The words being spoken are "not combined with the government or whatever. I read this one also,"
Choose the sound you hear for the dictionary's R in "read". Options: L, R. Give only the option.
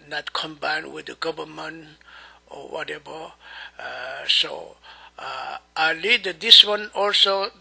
L